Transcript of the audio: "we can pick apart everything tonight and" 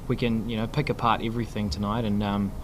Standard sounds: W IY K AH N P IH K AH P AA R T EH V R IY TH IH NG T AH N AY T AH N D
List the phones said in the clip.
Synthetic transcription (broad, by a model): W IY K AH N P IH K AH P AA R T EH V R IY TH IH NG T AH N AY T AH N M